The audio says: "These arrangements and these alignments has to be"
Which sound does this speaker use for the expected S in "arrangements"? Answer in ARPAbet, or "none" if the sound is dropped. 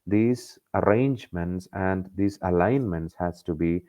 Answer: S